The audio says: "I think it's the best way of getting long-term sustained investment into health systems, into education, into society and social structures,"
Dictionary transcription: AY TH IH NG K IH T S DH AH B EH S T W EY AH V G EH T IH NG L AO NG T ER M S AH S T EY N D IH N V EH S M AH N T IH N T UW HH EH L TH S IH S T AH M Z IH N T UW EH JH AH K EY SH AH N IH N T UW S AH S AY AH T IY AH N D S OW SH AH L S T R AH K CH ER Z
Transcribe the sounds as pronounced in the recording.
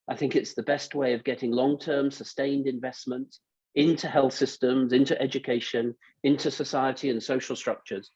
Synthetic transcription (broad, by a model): AY TH IH NG K IH T S DH AH B EH S T W EY AH V G EH T IH NG L AO NG T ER M S AH S T EY N D IH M V EH S M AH N T IH N T UW HH EH L TH S IH S T AH M Z IH N T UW EH JH AH K EY SH AH N IH N T UW S AH S AY AH T IY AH N S OW SH AH L S T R AH K CH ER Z